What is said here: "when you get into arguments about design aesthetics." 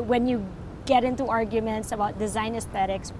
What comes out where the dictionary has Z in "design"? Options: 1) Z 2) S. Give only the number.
1